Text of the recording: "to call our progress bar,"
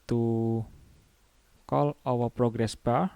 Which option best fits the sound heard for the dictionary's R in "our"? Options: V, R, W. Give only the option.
W